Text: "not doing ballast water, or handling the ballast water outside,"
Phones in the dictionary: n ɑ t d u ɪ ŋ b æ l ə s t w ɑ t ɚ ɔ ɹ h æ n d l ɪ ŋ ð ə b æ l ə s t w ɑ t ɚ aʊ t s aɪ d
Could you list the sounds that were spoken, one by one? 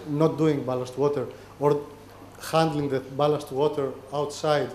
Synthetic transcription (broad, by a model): n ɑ t d u ɪ ŋ b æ l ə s t w ɑ t ɚ ɔ ɹ h æ n d l ɪ ŋ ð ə b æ l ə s t w ɑ t ɚ aʊ t s aɪ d